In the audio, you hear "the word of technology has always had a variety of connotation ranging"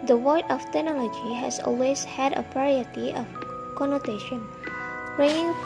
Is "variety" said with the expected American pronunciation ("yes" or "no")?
no